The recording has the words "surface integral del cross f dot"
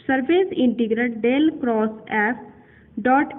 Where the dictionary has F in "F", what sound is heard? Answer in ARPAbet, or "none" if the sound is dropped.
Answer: P